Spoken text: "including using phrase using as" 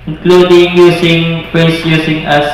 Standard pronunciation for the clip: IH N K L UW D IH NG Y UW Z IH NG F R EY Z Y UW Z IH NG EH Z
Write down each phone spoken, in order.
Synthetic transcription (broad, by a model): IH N K L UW D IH NG Y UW S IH NG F EY S Y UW S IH NG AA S